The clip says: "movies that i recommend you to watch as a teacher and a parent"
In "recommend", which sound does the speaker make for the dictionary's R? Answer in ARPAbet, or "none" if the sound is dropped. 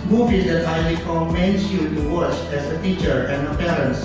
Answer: L